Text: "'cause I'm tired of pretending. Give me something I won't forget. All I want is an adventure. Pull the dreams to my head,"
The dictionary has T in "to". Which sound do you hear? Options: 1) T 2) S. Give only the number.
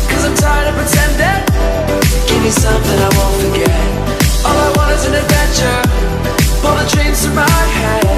2